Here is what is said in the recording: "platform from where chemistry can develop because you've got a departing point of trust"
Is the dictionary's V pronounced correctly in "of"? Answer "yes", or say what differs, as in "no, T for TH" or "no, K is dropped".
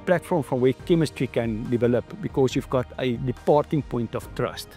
no, F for V